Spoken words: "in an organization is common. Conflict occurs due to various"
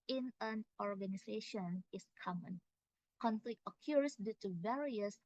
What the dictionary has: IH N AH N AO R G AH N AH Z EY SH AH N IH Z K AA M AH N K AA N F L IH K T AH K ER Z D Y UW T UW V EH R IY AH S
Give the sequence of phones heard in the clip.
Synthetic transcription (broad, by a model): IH N AH N AO R G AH N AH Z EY SH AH N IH S K AA M AH N K AA N F L IH K T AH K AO S D Y UW T UW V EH R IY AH S